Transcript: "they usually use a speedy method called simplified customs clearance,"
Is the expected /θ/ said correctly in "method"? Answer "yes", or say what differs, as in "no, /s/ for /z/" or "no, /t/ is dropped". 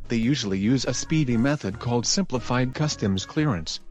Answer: yes